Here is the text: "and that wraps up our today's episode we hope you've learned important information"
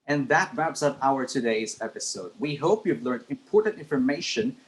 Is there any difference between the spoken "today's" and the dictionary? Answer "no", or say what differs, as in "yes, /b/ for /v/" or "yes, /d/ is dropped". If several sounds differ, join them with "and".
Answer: no